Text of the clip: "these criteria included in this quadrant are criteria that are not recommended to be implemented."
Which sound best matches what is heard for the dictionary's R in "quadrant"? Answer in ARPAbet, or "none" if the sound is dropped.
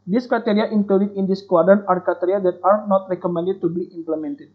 none